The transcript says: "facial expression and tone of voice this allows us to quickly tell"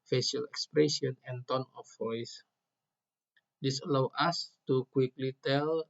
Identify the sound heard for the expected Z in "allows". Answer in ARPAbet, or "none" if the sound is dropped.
none